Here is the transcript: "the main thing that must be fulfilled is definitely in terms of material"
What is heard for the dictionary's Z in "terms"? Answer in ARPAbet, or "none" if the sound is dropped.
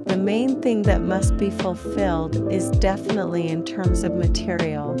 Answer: Z